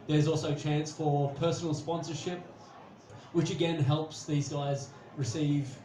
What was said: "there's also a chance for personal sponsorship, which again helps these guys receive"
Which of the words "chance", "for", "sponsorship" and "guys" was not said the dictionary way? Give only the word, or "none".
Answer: none